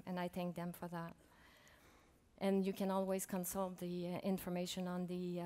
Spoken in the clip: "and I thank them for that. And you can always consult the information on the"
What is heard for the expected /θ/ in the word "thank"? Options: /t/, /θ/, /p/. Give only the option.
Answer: /θ/